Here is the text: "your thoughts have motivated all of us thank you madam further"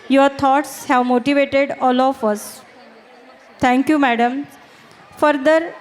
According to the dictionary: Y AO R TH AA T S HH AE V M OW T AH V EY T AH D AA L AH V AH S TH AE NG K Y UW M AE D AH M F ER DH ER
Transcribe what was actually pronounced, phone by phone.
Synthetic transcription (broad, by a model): Y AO R T AA T S HH AE V M OW T AH V EY T AH D AA L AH F AH S T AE NG K Y UW M AE D AH M F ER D ER